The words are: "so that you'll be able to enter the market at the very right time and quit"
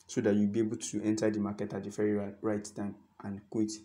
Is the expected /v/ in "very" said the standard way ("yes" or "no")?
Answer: no